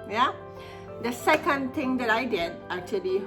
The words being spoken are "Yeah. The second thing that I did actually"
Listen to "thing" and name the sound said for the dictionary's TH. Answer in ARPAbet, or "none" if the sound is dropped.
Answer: T